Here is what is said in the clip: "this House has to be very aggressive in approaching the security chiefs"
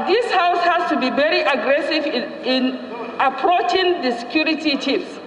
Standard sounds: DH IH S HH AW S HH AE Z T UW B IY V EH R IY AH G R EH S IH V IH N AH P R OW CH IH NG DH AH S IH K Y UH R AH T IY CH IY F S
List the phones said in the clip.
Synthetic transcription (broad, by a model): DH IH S HH AW S HH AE S T UW B IY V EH R IY AH G R EH S IH V IH N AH P R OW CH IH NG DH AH S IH K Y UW R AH T IY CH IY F S